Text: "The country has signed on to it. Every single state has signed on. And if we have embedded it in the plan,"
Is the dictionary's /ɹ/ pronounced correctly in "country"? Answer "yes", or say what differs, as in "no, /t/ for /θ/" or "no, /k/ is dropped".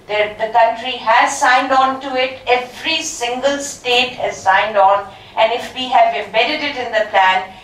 yes